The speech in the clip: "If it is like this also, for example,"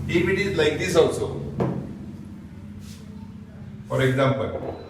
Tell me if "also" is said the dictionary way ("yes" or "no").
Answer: no